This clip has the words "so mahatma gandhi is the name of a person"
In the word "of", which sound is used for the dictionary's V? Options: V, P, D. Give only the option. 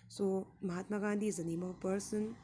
P